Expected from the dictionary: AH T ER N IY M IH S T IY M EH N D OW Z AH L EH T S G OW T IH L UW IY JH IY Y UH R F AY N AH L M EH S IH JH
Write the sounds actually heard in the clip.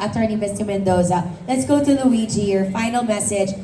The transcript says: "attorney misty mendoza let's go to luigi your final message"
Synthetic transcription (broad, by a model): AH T ER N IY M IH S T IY M EH N D OW Z AH L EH T S G OW T IH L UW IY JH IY Y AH R F AY N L M EH S IH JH